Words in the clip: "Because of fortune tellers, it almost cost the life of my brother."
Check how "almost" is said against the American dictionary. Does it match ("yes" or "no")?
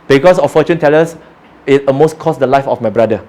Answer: no